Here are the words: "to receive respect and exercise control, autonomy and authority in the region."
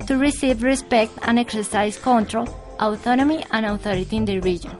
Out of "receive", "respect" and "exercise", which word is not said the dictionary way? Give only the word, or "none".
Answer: exercise